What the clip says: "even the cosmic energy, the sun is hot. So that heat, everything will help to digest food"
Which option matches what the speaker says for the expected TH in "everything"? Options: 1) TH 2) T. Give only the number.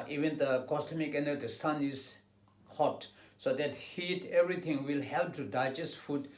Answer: 2